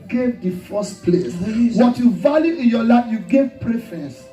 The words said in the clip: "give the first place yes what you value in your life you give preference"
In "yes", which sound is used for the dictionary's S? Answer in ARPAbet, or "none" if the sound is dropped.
none